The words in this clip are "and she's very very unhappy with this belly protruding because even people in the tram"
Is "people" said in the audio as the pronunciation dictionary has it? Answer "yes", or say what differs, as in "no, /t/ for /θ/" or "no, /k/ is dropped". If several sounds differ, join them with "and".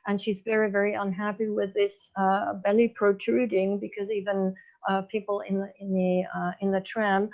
no, /n/ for /l/